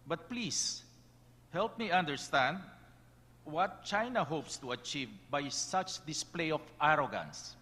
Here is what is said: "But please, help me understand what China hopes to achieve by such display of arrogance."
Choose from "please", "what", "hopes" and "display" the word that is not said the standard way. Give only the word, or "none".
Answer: please